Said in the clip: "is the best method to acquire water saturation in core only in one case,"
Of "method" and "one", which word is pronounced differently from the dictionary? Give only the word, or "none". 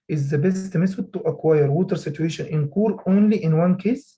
method